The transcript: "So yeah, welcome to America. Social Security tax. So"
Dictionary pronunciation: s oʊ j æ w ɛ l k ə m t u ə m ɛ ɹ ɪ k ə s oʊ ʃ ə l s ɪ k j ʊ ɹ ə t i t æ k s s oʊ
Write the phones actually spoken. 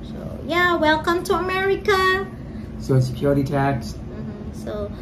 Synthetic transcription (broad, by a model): s oʊ j æ w ɛ l k ə m t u ə m ɛ ɹ ɪ k ə s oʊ ə n s ɪ k j ʊ ɹ ə t i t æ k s s oʊ